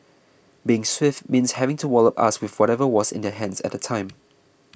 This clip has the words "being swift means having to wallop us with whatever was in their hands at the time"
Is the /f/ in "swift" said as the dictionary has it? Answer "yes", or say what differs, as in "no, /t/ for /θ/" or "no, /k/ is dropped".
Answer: yes